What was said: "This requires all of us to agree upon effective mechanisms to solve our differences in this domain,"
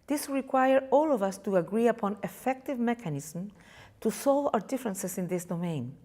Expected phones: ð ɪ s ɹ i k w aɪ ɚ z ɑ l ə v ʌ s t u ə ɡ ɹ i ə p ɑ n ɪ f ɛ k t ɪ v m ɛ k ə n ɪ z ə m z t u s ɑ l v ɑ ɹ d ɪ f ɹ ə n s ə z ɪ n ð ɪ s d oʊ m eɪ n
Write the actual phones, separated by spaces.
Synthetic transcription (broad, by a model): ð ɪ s ɹ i k w aɪ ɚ ɑ l ə v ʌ s t u ə ɡ ɹ i ə p ɑ n ɪ f ɛ k t ɪ v m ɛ k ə n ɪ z m t u s ɑ l v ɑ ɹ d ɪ f ɹ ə n s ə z ɪ n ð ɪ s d oʊ m eɪ n